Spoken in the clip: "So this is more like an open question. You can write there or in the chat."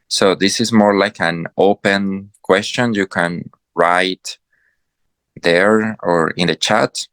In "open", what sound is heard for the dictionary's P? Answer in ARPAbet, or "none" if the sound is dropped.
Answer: P